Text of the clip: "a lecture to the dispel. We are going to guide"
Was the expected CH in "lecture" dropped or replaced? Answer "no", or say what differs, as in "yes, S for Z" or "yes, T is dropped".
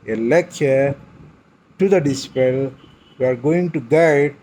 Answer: yes, CH is dropped